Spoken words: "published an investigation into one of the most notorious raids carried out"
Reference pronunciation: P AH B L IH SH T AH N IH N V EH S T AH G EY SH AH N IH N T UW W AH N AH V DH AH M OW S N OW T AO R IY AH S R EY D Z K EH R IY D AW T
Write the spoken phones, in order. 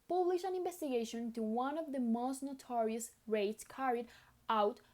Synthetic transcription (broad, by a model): P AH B L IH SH AH N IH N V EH S T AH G EY AH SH IH N T UW W AH N AH V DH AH M OW S N OW T AO R IY AH S R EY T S K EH R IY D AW T